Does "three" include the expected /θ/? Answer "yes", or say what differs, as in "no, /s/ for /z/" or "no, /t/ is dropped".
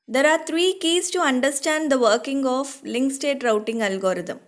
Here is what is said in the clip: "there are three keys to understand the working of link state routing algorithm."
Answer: no, /t/ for /θ/